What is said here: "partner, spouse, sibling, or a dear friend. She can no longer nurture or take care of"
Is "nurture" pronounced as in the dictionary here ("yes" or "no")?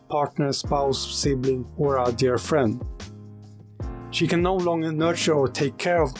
yes